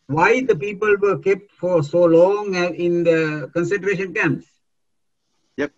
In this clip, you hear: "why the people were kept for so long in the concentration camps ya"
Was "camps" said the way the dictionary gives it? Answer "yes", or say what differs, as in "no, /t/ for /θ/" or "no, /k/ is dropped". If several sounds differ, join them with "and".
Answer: no, /p/ is dropped